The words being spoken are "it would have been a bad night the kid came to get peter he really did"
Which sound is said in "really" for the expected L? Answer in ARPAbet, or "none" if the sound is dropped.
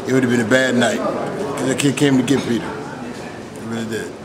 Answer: N